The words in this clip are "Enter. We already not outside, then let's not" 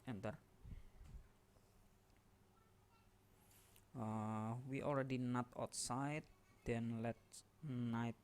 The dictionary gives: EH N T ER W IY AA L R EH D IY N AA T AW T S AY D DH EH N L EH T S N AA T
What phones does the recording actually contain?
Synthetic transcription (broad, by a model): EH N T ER W IY AA L R EH D IY N AA T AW T S AY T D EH N L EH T N AA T